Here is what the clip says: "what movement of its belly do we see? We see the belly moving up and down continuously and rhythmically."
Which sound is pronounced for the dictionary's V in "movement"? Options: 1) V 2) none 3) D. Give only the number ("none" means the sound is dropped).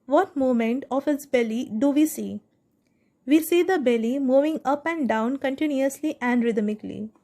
2